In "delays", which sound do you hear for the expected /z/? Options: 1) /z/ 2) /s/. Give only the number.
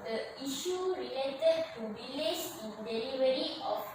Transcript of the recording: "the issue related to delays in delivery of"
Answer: 2